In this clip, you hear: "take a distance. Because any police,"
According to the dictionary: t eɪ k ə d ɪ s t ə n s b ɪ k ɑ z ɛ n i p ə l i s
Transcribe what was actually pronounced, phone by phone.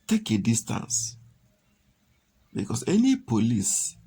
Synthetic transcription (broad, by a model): t eɪ k ə d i s t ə n s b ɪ k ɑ s ɛ n i p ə l i s